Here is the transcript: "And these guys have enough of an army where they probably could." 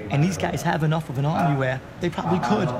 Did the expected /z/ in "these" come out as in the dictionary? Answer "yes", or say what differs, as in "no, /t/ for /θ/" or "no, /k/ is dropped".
yes